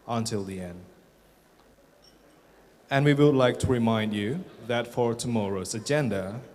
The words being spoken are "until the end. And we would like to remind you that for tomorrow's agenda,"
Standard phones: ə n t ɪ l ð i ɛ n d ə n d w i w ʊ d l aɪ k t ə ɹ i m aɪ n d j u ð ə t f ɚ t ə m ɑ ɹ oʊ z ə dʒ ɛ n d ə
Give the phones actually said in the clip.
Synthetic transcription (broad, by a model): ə n t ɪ l ð i ɛ n d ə n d w i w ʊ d l aɪ k t ə ɹ i m aɪ n d j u ð ə t f ɚ t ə m ɑ ɹ oʊ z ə dʒ ɛ n d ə